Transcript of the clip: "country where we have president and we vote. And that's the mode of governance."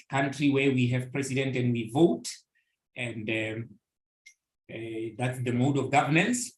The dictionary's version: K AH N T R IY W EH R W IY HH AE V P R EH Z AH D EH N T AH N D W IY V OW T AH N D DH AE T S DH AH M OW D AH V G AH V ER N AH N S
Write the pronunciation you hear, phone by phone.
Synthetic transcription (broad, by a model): K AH N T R IY W EH R W IY HH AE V P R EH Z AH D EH N T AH N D W IY V OW T AH N D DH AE T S DH AH M OW D AH V G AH V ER N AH N S